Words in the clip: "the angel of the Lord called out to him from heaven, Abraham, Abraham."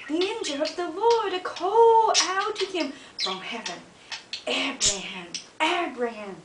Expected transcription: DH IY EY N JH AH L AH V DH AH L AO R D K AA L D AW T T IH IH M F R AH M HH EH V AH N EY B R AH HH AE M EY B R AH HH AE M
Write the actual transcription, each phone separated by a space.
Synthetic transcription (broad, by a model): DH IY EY N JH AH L AH V DH AH L AO R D K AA L AW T T IH IH M F R AH M HH EH V AH N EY B R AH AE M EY B R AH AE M